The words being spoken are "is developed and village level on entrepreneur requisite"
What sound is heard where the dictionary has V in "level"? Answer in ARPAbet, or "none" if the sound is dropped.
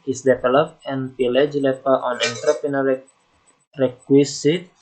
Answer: P